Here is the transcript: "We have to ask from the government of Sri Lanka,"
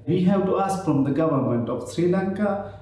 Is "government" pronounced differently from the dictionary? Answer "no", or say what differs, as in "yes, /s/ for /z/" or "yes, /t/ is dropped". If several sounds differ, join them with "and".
no